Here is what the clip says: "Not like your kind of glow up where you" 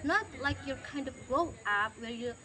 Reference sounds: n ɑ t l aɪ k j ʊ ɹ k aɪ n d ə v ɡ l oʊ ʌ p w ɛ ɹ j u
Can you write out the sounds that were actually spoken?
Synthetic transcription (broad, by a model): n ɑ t l aɪ k j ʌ ɹ k aɪ n d ə v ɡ oʊ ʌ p w ɛ ɹ j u